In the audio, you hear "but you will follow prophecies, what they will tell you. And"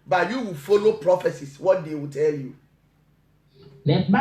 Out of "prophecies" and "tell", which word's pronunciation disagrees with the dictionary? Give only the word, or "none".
prophecies